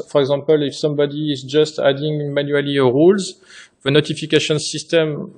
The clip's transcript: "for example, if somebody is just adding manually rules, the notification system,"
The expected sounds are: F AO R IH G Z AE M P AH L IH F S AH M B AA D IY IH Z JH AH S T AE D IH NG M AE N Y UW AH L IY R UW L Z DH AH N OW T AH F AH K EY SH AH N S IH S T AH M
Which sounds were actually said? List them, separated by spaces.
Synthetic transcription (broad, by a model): F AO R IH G Z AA M P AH L IH F S AH M B AA D IY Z JH AH S T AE D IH NG M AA N Y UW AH L IY R UW L Z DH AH N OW T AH F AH K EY SH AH N S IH S T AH M